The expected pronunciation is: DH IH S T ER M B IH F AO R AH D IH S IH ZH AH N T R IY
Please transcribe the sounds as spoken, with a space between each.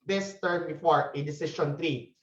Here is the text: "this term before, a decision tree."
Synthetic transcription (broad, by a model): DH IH S T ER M B IH F AO R AH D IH S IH SH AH N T R IY